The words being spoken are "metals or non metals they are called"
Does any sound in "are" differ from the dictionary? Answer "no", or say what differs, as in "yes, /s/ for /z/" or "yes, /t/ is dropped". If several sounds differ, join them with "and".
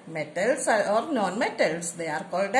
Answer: no